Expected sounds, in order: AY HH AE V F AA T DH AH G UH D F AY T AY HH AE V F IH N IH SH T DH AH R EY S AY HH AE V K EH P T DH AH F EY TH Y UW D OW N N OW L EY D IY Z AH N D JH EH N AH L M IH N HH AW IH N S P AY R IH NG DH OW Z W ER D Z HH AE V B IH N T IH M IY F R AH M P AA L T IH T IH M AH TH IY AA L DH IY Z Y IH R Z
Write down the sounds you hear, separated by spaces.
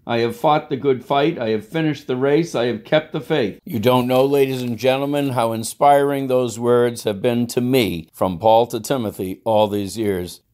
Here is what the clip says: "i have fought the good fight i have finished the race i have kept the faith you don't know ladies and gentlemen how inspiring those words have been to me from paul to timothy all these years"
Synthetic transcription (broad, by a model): AY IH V F AA T DH AH G UH D F AY T AY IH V F IH N IH SH T DH AH R EY S AY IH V K EH P T DH AH F EY TH Y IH D OW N N OW L EY D IY Z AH N JH EH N L M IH N HH AW IH N S P AY R IH NG DH OW Z W ER D Z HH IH V B IH N T IH M IY F R AH M P AA L T IH T IH M AH TH IY AA L DH IY Z Y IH R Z